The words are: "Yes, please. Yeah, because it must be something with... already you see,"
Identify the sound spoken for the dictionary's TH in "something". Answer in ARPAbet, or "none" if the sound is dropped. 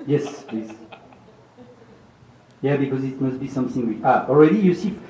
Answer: TH